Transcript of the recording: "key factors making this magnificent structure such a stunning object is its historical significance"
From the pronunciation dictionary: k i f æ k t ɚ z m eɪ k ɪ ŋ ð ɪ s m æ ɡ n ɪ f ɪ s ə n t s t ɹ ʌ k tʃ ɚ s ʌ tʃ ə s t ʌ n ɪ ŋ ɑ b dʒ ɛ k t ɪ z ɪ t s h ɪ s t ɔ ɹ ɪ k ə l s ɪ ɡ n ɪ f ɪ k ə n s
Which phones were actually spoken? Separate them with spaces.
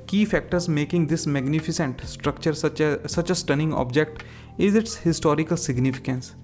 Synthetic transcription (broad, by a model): k i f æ k t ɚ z m eɪ k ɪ ŋ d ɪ s m æ ɡ n ɪ f ɪ s ə n t s t ɹ ʌ k tʃ ɚ s ʌ tʃ ə s t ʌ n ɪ ŋ ɑ b dʒ ɛ k t ɪ z ɪ t s h ɪ s t ɔ ɹ ɪ k ə l s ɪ ɡ n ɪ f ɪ k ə n s